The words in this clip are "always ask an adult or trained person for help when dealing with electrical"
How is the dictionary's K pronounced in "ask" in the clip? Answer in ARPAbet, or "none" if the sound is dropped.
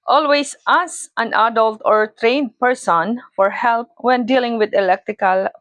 none